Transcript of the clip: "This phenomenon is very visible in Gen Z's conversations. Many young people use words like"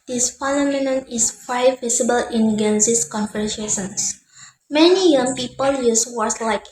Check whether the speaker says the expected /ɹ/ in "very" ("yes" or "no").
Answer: no